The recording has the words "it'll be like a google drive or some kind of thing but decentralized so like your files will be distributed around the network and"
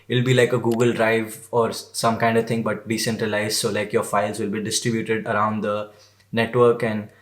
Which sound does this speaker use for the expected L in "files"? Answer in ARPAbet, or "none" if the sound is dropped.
L